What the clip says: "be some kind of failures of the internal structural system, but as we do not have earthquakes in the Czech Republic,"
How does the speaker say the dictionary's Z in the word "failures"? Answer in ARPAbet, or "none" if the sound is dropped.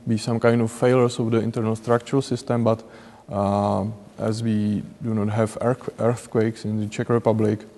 S